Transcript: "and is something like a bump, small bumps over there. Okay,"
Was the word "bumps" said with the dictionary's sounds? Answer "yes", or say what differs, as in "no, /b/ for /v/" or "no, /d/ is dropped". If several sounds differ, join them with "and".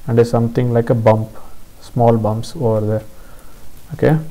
yes